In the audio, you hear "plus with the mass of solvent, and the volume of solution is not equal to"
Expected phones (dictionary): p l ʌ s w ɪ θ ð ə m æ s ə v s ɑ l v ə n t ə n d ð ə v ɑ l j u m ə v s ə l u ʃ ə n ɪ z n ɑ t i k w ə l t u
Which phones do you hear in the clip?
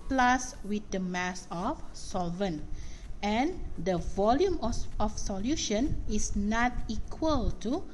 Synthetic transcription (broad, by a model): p l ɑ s w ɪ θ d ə m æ s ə f s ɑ l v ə n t ə n d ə v ɑ l j u m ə f s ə l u ʃ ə n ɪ s n ɑ t i k w ə l t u